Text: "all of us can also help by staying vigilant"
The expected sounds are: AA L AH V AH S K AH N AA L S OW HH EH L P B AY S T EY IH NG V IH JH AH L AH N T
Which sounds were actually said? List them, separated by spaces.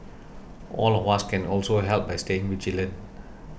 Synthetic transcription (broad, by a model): AA L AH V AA S K AH N AA L S OW HH EH L P B AY S T EY IH NG W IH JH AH L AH N